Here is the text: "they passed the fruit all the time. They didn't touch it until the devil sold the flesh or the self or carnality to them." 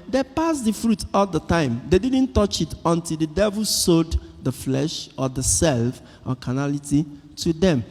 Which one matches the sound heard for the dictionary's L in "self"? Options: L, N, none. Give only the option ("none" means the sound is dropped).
L